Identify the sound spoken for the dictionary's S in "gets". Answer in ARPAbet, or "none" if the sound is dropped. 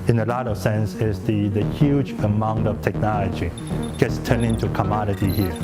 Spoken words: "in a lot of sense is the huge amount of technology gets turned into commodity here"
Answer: S